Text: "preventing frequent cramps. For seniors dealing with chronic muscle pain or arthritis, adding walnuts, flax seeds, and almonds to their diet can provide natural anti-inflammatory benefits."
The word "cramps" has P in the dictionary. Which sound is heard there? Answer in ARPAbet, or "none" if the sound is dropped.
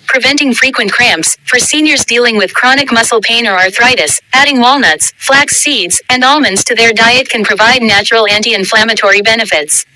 P